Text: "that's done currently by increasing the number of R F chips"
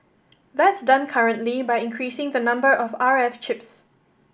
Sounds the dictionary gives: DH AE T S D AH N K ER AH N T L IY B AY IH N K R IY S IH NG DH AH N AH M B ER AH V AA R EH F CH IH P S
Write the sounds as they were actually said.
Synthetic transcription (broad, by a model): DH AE T S D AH N K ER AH N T L IY B AY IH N K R IY S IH NG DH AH N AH M B ER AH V AA R EH F CH IH P S